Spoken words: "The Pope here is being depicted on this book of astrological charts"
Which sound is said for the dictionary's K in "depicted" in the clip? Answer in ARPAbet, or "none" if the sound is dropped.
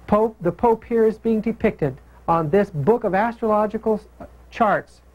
K